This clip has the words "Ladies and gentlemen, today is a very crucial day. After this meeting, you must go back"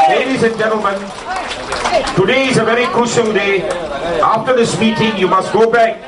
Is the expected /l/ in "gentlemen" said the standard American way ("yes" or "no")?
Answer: yes